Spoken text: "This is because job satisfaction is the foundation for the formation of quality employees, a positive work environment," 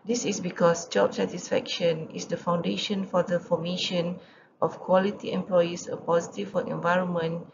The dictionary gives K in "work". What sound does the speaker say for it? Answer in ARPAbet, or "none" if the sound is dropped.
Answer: none